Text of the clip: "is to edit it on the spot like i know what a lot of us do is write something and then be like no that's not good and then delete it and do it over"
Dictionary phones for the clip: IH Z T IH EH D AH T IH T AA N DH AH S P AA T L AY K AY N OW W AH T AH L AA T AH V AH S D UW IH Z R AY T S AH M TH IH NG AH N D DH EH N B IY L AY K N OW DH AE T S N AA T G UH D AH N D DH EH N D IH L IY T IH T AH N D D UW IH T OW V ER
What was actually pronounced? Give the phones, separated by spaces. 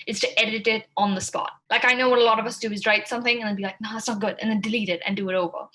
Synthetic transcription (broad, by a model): IH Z T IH EH D AH T IH T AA N DH AH S P AA T L AY K AY N OW W AH T AH L AA T AH V AH S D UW IH Z R AY T S AH M TH IH NG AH N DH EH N B IY L AY K N OW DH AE T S N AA T G UH D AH N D DH EH N D IH L IY T IH T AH N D D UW IH T OW V ER